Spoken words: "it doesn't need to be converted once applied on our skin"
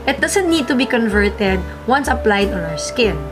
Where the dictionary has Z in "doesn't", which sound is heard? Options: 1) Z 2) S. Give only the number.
2